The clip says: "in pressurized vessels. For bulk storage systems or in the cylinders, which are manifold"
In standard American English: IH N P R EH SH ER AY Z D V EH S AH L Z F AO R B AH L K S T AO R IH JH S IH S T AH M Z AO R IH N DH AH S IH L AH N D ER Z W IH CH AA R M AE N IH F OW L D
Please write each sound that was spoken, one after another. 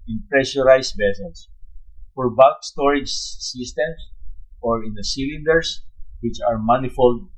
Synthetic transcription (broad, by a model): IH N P R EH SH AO AY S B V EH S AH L S F AO R B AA K S T AO R IH JH S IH S T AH M S AO R IH N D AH S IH L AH N D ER S W IH CH AA R M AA N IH F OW L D